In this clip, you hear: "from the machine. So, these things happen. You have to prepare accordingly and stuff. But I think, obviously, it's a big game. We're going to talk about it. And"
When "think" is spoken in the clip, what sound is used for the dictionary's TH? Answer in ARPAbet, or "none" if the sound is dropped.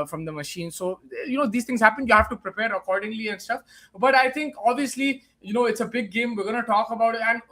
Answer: T